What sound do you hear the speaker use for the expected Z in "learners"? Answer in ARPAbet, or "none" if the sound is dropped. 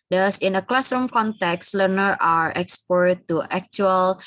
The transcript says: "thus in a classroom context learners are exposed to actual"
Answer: none